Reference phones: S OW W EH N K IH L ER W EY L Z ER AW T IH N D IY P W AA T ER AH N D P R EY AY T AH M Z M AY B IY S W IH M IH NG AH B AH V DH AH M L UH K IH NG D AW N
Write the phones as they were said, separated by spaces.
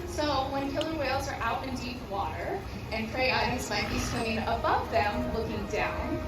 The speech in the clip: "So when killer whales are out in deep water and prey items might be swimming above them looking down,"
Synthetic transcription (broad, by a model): S OW W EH N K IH L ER W EY L Z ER AW T IH N D IY P W AA T ER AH N P R EY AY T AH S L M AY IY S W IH IH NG AH B AH V DH AH M L UH K IH NG D AW N